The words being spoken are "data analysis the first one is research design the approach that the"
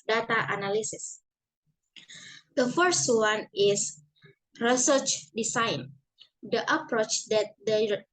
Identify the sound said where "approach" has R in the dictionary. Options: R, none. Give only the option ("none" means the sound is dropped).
R